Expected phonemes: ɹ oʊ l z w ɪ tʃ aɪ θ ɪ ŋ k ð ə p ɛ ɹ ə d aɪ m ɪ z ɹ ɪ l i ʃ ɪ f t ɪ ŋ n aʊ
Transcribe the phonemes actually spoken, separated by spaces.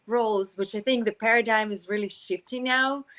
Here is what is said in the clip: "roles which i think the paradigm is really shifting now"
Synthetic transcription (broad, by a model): ɹ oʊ l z w ɪ tʃ aɪ θ ɪ ŋ k ð ə p ɛ ɹ ə d aɪ m ɪ z ɹ ɪ l i ʃ ɪ f t ɪ ŋ n aʊ